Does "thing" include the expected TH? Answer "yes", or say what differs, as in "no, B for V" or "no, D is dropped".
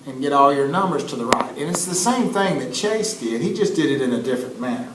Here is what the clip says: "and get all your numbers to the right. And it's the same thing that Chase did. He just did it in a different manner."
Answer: yes